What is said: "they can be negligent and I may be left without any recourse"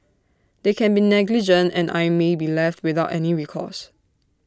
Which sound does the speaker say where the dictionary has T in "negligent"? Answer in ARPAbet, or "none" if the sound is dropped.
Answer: T